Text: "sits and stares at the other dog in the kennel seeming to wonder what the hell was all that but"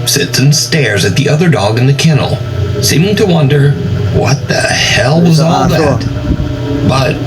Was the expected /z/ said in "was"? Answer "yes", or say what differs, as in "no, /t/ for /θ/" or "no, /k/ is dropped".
yes